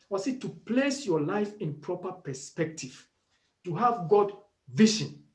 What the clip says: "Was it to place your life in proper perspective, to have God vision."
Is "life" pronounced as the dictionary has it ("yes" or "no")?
yes